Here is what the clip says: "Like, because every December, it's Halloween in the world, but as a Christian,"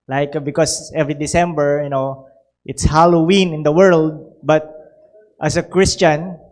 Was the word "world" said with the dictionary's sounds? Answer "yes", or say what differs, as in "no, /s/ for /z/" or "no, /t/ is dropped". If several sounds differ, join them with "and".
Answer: yes